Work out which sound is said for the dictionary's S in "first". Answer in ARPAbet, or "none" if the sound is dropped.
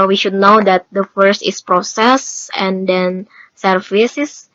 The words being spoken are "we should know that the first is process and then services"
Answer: S